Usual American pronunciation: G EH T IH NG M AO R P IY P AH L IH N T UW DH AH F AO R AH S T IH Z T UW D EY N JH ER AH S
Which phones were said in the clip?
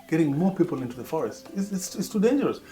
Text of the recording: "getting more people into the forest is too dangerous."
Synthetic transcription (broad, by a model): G EH T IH NG M AO R P IY P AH L IH N T UW DH AH F AO R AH S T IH S T UW D EY N JH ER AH S